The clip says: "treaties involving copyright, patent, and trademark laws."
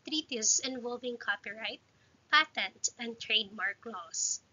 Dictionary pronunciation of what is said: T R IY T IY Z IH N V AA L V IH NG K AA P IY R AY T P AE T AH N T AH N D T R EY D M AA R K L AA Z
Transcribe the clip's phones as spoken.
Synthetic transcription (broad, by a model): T R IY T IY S IH N V AA L V IH NG K AA P IY R AY T P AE T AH N T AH N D T R EY D M AA R K L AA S